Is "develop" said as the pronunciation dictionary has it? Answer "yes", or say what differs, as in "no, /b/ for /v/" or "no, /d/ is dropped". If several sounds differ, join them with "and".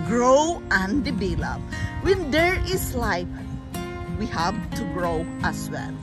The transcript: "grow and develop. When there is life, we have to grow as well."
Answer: no, /b/ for /v/